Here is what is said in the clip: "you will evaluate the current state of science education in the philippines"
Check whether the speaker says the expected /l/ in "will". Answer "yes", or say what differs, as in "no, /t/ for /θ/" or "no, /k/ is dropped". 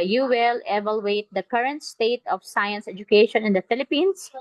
yes